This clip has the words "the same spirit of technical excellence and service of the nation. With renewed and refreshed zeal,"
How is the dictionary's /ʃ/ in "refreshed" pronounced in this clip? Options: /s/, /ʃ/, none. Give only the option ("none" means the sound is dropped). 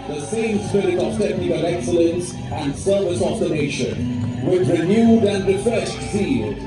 /s/